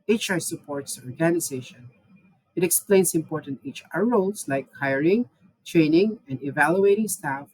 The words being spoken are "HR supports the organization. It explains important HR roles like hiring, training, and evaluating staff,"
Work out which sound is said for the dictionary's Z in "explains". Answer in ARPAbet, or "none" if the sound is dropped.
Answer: S